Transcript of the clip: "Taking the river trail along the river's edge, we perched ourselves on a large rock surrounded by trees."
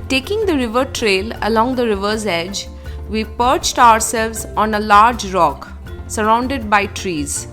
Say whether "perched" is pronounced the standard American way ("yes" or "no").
yes